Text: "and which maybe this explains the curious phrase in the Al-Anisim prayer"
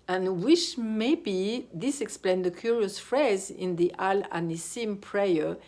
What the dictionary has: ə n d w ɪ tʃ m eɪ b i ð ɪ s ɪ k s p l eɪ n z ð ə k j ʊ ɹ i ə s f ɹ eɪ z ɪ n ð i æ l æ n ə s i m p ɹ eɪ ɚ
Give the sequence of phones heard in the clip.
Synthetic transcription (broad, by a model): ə n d w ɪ ʃ m eɪ b i ð ɪ s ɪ k s p l eɪ n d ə k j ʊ ɹ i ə s f ɹ eɪ z ɪ n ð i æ l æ n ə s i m p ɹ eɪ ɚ